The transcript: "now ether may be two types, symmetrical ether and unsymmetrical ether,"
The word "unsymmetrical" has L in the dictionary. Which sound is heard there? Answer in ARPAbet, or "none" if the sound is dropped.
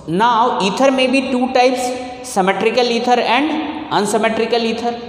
L